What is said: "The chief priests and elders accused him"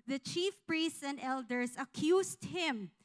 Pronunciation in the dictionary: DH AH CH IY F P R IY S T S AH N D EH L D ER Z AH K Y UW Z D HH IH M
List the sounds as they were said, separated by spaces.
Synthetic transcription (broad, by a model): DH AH CH IY F P R IY S T S AH N D EH L D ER S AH K Y UW S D HH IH M